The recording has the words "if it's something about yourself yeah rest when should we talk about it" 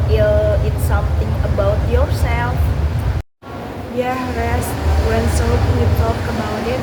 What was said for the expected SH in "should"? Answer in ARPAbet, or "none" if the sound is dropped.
S